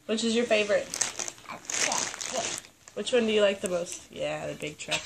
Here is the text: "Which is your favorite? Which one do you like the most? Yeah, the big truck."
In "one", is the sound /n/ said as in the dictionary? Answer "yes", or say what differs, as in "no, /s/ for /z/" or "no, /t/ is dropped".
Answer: yes